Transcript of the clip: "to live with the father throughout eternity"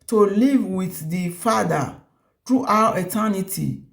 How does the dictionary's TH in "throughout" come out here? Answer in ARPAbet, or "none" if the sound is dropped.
T